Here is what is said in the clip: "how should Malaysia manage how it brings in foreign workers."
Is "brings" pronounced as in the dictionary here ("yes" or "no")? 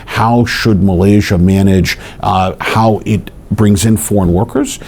yes